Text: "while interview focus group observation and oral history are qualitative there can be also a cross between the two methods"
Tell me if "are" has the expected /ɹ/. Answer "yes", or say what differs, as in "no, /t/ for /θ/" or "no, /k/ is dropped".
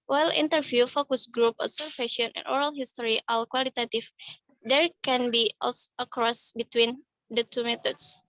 no, /l/ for /ɹ/